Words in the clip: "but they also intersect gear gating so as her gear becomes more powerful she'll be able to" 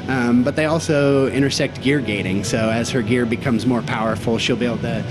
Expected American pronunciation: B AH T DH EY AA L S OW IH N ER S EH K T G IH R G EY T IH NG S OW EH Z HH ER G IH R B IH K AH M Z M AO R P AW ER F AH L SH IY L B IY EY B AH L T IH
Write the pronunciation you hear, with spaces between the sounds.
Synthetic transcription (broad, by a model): B AH T DH EY AA L S OW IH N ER S EH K T G IH R G EY T IH NG S OW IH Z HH ER G IH R B IH K AH M Z M AO R P AW ER F L SH IY L B IY EY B L T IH